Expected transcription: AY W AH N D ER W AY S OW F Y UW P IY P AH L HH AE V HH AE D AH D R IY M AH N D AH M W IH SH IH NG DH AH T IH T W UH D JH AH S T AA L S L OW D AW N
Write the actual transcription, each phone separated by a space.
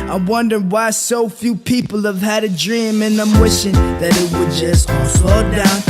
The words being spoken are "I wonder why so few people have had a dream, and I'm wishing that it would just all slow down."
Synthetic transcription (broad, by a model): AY W AH N D ER W AY S OW F Y UW P IY P L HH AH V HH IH D AH D R IY M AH N AH M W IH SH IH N DH AH T IH T W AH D JH AH S T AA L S OW D AW N